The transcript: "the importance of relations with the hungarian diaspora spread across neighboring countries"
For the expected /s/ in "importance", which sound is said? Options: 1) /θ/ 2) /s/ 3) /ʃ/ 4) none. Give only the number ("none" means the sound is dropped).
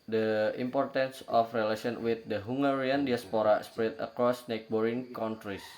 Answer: 2